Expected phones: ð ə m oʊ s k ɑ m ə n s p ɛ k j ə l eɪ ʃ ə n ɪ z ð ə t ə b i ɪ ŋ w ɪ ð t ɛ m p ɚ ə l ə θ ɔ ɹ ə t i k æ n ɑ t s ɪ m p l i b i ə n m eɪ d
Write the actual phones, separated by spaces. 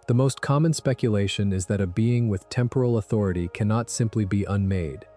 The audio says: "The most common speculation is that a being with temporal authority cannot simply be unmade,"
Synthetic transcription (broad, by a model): ð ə m oʊ s k ɑ m ə n s p ɛ k j ə l eɪ ʃ ə n ɪ z ð ə t ə b i ɪ ŋ w ɪ ð t ɛ m p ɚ l ə θ ɔ ɹ ə t i k æ n ɑ t s ɪ m p l i b i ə n m eɪ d